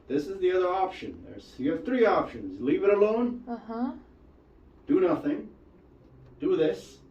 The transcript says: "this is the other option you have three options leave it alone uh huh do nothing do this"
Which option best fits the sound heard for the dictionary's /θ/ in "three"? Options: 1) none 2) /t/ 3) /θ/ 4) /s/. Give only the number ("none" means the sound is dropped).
3